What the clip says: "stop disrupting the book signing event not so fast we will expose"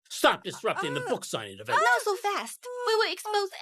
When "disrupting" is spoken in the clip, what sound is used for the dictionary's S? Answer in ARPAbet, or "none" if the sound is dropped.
S